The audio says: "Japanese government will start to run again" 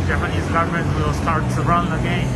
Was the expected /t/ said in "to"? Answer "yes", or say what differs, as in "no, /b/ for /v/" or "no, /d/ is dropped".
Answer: no, /s/ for /t/